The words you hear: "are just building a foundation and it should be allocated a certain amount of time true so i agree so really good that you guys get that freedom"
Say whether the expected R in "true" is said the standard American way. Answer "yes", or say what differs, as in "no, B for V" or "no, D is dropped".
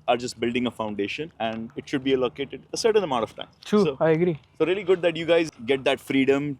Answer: no, R is dropped